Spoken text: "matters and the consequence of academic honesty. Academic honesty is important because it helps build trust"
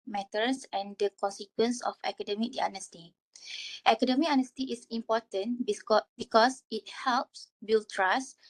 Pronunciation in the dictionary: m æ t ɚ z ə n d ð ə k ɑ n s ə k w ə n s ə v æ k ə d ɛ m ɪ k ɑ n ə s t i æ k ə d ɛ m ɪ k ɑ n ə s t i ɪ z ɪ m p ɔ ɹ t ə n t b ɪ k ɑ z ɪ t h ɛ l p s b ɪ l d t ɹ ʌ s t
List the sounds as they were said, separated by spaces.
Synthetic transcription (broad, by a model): m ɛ t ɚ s ə n d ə k ɑ n s ə k w ə n s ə f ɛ k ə d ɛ m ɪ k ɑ n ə s t i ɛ k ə d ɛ m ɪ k ɑ n ə s t i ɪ s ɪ m p ɔ t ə n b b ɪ k ɑ s ɪ t h ɛ l p s b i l t ɹ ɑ s